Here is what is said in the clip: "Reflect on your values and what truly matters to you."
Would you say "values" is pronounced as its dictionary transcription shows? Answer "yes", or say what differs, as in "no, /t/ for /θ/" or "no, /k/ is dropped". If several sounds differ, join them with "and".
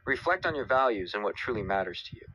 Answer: yes